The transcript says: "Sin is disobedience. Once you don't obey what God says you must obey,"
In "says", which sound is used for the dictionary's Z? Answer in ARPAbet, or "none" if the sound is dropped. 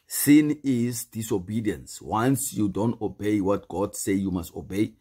none